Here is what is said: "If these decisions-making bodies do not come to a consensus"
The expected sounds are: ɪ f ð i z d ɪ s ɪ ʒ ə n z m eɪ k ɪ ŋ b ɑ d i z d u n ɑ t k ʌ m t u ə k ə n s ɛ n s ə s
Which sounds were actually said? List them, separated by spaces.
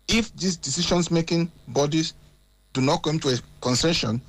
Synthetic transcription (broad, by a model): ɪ f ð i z d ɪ s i ʃ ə n s m eɪ k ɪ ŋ b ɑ d i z d u n ɑ t k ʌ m t u ə k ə n s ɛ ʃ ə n